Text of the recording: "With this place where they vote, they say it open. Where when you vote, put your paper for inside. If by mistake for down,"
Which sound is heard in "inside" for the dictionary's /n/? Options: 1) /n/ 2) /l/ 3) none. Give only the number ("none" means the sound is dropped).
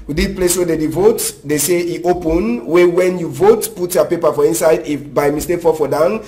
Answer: 1